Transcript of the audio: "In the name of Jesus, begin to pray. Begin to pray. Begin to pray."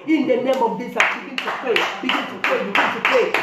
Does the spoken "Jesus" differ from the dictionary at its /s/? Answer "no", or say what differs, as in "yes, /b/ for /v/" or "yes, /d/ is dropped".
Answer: yes, /s/ is dropped